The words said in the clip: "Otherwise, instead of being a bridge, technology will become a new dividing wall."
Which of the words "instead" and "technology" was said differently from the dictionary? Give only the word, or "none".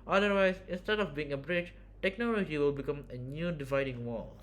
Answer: none